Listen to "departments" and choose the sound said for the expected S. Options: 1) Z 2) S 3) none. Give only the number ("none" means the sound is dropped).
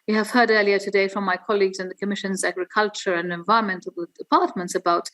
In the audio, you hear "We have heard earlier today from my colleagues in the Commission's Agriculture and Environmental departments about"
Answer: 2